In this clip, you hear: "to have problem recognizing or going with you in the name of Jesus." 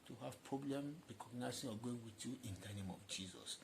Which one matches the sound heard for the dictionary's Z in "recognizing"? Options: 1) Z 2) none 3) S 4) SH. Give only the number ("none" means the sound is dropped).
3